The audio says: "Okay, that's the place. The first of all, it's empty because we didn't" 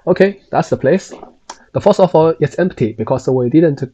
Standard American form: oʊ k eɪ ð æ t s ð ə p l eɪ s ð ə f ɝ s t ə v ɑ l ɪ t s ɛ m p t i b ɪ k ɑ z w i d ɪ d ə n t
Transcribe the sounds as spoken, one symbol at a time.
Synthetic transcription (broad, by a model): oʊ k eɪ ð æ t s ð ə p l eɪ s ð ə f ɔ s ə f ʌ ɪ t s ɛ m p t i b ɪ k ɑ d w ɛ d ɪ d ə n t